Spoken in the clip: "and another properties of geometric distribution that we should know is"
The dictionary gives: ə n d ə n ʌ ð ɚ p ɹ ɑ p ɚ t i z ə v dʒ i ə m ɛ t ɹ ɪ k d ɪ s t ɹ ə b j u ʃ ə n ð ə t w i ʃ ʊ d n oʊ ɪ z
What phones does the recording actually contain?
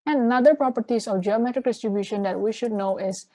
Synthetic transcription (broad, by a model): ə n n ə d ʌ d p ɹ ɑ p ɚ t i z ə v dʒ i ə m ɛ t ɹ ɪ k d ɪ s t ɹ ə b j u ʃ ə n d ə t w i ʃ ʊ d n oʊ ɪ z